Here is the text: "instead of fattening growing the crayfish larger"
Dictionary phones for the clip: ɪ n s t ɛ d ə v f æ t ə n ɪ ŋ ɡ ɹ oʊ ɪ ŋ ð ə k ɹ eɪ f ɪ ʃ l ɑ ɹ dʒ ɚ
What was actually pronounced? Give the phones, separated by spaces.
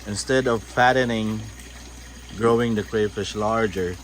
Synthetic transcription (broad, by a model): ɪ n s t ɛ d ə v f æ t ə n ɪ ŋ ɡ ɹ oʊ ɪ ŋ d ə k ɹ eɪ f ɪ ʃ l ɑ ɹ dʒ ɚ